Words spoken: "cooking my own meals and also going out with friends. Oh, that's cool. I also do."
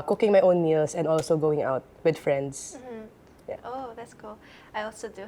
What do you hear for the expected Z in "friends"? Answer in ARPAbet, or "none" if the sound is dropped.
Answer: S